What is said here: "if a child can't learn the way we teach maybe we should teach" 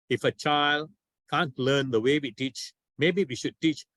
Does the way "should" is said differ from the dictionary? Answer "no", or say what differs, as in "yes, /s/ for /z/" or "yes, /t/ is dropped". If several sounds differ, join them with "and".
no